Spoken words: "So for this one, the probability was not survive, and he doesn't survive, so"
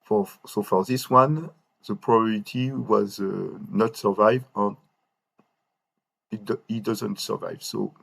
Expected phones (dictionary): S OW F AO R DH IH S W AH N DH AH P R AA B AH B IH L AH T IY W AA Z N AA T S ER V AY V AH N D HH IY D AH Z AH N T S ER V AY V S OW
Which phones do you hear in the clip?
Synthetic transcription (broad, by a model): S OW F AO R DH IH S W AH N DH AH P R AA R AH T IY W AA Z N AA T S ER V AY V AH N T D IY D AH Z AH N T S ER V AY V S OW